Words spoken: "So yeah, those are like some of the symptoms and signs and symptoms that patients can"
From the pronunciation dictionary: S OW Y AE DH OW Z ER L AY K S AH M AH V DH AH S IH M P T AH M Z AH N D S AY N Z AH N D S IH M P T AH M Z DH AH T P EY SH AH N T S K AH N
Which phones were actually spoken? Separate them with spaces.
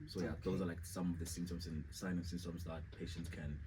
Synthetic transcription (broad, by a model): S OW Y AE DH OW Z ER L AY K S AH M AH V DH AH S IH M T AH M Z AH N S AY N AH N S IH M T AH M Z DH AH T P EY SH AH N T S K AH N